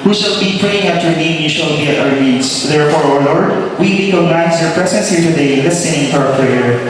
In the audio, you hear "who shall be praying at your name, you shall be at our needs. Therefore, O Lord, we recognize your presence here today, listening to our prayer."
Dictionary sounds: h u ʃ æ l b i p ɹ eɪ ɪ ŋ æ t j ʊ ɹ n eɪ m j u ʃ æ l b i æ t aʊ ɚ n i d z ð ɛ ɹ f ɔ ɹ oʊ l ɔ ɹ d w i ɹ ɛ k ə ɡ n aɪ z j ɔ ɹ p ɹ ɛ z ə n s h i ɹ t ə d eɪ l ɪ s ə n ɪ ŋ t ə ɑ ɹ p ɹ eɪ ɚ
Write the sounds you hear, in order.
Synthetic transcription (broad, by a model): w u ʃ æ l b i p ɹ eɪ ɪ ŋ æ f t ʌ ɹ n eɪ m j u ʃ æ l b i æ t aʊ ɚ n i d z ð ɛ ɹ f ɔ ɹ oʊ l ɔ ɹ d w i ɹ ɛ k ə ɡ n aɪ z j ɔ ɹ p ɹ ɛ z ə n s h i ɹ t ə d eɪ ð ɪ s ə ɪ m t ɑ ɹ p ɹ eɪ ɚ